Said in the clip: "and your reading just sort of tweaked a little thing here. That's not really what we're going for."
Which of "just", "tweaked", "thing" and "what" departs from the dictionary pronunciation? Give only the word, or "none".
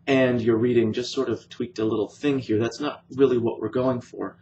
none